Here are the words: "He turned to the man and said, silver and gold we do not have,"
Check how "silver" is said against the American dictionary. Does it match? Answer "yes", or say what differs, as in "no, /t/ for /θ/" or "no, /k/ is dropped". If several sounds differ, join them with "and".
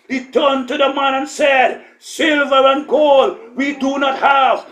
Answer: yes